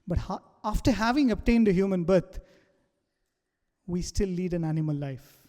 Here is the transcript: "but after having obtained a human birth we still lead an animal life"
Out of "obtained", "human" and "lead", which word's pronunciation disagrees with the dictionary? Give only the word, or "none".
none